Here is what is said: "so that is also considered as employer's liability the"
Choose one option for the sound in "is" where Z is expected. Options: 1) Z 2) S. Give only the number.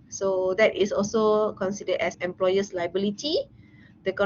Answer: 2